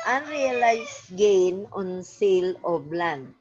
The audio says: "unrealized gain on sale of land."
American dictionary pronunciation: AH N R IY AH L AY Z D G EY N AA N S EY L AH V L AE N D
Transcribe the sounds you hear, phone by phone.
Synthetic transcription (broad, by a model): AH N R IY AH L AY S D G EY N AA N S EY L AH B L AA N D